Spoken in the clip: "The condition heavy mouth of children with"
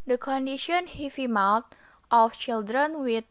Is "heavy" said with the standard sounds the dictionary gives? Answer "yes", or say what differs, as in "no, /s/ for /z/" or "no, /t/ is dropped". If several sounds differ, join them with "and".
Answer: no, /f/ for /v/